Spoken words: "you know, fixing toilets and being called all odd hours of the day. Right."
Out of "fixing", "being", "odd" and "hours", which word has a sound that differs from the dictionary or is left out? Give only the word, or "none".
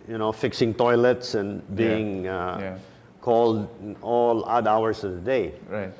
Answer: hours